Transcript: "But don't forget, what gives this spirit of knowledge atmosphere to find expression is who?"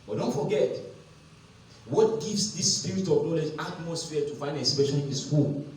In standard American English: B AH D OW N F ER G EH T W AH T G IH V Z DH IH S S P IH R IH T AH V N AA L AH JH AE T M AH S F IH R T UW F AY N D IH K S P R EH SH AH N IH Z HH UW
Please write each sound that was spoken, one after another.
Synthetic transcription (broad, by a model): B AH D OW N F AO G EH T W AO T G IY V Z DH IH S S P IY R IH T AH V N AA L AH JH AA T M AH S F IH T UW F AY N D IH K S P EH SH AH L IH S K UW